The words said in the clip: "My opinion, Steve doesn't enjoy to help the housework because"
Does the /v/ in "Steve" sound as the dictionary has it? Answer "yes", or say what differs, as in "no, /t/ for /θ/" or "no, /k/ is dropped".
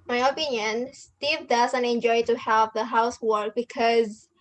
yes